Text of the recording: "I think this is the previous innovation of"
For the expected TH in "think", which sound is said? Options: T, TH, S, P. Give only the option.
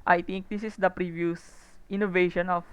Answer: T